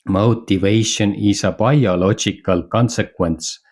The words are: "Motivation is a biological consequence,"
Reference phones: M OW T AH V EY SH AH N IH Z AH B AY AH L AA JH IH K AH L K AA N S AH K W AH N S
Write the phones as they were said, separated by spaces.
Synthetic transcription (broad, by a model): M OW T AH V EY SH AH N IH S AH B AY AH L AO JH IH K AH L K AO N S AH K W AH N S